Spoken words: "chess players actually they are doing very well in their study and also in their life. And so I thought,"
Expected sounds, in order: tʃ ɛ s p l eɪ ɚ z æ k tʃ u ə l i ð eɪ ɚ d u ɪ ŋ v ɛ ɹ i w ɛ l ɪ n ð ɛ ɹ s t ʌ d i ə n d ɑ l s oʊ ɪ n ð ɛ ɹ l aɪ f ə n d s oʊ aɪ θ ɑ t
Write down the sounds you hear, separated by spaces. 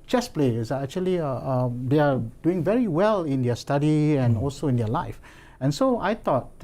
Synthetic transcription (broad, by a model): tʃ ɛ s p l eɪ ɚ æ k tʃ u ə l i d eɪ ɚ d u ɪ ŋ v ɛ ɹ i w ɛ l ɪ n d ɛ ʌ s t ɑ d i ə n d ɑ l s oʊ ɪ n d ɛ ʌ l aɪ f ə n s oʊ aɪ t ɑ t